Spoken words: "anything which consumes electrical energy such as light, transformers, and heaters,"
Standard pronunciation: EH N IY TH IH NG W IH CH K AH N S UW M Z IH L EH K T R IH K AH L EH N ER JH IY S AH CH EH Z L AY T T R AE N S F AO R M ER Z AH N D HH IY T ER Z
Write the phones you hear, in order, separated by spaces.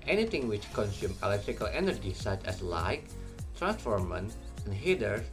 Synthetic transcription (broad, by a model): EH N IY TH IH NG W IH CH K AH N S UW M IH L EH K T R IH K AH L EH N ER JH IY S AH CH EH S L AY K T R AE N S F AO R M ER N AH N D HH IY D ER